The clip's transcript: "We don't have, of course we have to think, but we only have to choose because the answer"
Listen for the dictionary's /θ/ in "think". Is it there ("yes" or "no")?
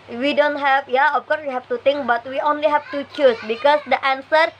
no